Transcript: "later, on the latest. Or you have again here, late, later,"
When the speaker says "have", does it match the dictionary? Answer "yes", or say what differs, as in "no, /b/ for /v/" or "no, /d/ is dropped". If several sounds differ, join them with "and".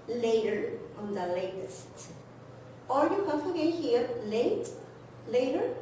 no, /f/ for /v/